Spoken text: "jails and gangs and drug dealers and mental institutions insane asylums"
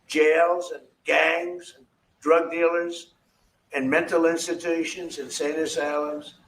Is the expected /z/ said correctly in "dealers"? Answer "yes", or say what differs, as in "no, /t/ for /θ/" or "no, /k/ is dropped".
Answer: yes